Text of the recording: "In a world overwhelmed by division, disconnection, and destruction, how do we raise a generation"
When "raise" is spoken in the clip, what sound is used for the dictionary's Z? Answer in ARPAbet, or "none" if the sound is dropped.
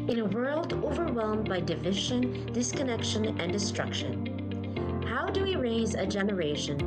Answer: Z